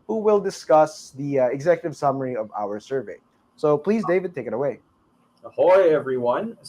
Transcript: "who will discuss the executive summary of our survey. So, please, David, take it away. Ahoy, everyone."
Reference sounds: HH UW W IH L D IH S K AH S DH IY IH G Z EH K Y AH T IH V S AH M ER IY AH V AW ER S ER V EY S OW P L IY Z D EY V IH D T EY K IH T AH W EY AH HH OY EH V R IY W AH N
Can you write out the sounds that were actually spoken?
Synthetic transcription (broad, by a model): HH UW W IH L D IH S K AH S DH IY IH G Z EH K Y AH T IH V S AH M ER IY AH V AW ER S ER V EY S OW P L IY Z D EY V IH D T EY K IH T AH W EY AH HH OY EH V R IY W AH N